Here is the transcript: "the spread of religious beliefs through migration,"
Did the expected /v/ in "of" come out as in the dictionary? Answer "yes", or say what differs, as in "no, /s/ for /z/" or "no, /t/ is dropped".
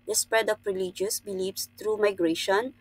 no, /p/ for /v/